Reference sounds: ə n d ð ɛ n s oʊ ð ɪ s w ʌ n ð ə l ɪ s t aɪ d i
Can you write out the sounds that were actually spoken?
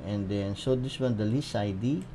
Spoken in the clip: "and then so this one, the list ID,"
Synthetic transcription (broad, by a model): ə n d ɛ n s oʊ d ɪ s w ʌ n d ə l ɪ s aɪ d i